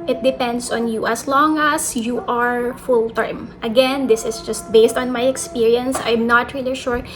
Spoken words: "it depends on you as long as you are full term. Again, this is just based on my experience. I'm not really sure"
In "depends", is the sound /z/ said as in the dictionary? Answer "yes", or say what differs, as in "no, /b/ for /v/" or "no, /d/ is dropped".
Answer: no, /s/ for /z/